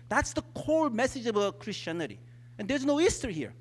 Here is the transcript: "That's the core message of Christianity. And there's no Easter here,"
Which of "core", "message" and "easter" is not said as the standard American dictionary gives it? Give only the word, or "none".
core